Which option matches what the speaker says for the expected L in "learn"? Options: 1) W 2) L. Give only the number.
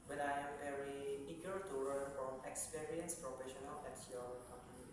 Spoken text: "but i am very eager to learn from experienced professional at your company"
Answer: 1